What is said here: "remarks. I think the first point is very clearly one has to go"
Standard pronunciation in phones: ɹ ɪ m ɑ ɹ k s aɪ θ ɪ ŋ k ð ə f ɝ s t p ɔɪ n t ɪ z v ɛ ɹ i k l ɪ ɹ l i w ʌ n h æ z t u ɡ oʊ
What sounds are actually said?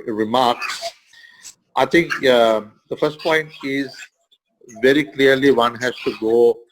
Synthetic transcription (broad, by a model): ɹ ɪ m ɑ ɹ k s aɪ t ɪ ŋ k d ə f ɝ s t p ɔɪ n t ɪ z v ɛ ɹ i k l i ɹ l i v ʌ n h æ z t u ɡ oʊ